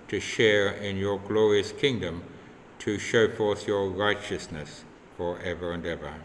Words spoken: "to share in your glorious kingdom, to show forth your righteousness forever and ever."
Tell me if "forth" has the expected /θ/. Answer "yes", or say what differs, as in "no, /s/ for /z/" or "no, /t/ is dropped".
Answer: yes